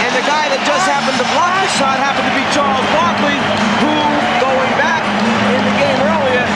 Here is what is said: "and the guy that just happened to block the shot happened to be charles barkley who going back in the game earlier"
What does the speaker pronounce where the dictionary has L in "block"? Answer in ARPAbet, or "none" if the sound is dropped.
none